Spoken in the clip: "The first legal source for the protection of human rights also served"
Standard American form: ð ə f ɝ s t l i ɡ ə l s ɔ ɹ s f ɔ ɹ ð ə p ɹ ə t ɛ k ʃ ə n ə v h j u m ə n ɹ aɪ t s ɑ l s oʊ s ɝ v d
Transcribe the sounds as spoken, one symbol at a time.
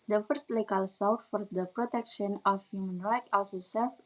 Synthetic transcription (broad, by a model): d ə f ɝ s t l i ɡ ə l s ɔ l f f ɔ ɹ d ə p ɹ ə t ɛ k ʃ ə n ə f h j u m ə n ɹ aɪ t ɑ l s oʊ s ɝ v